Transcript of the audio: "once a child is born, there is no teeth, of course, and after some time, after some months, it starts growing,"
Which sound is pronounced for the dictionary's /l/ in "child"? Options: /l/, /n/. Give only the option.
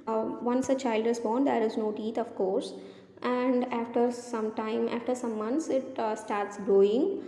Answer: /l/